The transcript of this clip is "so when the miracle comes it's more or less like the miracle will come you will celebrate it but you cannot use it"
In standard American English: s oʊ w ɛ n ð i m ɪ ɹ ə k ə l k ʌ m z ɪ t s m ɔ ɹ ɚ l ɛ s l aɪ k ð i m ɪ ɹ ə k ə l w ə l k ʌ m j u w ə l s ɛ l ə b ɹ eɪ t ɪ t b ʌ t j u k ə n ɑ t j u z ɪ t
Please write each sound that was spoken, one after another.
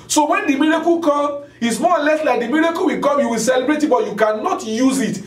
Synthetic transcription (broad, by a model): s oʊ w ɛ n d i m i ɹ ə k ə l k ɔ m ɪ t s m ɔ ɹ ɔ l ɛ s l aɪ k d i m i ɹ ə k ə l w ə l k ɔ m j u w ə l s ɛ l ə b ɹ eɪ t ɪ t b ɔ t j u k ə n ɑ t j u z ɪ t